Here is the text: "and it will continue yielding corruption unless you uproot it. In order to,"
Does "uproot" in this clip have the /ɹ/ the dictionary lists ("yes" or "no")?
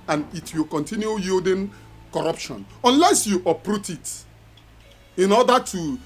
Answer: yes